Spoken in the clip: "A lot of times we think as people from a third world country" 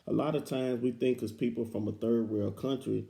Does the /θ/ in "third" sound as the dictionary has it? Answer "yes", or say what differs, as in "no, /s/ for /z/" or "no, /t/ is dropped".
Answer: yes